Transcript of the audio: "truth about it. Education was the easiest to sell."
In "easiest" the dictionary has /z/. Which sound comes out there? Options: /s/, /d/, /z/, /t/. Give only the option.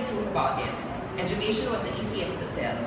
/s/